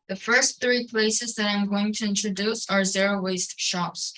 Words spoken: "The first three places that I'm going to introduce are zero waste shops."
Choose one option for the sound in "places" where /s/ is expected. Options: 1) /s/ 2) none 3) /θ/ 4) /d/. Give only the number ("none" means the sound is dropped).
1